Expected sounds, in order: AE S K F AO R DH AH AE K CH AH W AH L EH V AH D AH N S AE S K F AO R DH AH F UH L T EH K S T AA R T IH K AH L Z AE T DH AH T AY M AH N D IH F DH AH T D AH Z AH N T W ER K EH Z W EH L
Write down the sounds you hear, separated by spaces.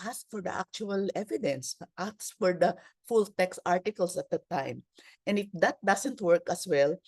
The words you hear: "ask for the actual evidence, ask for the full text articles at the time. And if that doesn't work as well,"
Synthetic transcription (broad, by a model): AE S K F AO R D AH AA K CH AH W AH L EH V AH D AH N S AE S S F AO R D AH F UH L T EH K S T AA R T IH K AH L S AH T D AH T AY M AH N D IH F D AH T D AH S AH N T W ER K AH S W EH L